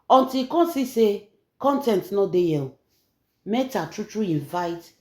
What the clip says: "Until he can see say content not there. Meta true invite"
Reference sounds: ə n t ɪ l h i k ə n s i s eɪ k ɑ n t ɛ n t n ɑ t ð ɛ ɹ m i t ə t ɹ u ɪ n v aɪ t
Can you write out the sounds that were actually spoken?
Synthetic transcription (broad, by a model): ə n t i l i k ə n s i s eɪ k ɑ n t ɛ n t n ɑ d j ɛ l m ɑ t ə t ɹ u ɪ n v aɪ t